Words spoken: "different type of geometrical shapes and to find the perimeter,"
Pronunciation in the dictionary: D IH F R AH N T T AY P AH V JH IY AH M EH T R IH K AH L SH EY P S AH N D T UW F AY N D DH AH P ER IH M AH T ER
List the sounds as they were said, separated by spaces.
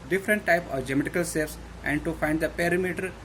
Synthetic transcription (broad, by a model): D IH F R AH N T T AY P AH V JH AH M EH T IH K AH L S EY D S AH N D T UW F AY N D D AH P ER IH M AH T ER